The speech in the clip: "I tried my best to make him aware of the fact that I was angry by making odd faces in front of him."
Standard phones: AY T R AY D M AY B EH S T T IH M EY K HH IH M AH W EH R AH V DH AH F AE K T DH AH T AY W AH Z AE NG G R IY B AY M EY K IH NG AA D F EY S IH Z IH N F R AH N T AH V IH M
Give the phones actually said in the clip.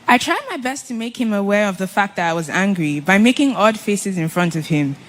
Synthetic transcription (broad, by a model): AY T R AY D M AY B EH S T T IH M EY K HH IH M AH W EH R AH V DH AH F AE K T DH AH T AY W AH Z AE NG G R IY B AY M EY K IH NG AA D F EY S IH Z IH N F R AH N T AH V IH M